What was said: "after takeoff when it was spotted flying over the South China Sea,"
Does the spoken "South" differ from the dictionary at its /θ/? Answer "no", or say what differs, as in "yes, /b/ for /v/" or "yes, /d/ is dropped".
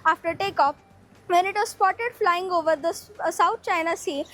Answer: yes, /t/ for /θ/